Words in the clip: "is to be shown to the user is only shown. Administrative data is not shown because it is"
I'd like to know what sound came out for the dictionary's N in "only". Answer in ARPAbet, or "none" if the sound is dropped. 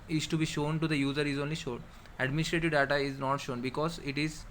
N